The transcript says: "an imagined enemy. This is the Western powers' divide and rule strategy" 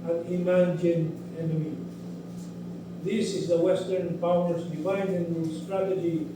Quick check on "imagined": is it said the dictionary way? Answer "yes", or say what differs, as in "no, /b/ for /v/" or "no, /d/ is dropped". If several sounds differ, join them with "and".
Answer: no, /d/ is dropped